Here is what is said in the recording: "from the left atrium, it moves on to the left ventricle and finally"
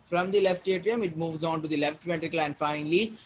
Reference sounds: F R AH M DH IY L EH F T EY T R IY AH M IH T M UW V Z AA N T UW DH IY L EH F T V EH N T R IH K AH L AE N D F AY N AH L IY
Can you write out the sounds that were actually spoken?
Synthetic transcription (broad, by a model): F R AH M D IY L EH F T EY T R IY AH M IH T M UW V Z AA N T UW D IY L EH F T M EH T R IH K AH L AE N D F AY N AH L IY